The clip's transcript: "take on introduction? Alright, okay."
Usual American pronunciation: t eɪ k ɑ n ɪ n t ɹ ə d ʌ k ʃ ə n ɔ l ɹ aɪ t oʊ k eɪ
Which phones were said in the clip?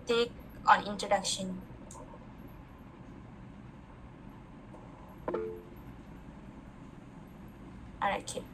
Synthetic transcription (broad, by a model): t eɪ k ɑ n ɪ n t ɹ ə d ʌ k ʃ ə n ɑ ɹ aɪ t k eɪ